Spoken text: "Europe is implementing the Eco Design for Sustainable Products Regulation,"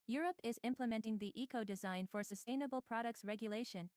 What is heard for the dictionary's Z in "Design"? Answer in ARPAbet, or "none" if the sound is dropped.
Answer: Z